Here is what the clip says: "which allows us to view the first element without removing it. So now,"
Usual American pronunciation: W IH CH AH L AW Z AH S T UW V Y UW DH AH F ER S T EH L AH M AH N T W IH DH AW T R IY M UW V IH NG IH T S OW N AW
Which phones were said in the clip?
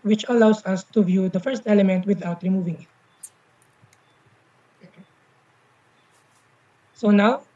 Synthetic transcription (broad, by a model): W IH CH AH L AW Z AH S T UW V Y UW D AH F ER S T EH L AH M AH N T W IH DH AW T R IY M UW V IH NG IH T S OW N AW